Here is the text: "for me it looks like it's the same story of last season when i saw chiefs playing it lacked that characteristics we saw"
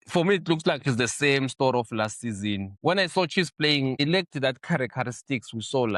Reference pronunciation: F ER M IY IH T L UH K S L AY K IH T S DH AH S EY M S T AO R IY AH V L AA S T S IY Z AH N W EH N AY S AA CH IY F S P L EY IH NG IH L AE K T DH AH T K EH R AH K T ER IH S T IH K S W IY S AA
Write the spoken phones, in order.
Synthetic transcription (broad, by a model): F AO M IY T L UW K S L AY K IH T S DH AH S EY M S T AO R IY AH F L AA S T S IY Z AH N W EH N AY S AA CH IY S P L EY IH NG IH L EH K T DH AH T K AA R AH K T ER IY S T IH K S W IY S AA